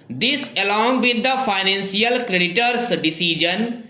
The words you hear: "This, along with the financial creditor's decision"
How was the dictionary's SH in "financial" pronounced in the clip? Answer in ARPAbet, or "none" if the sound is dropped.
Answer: S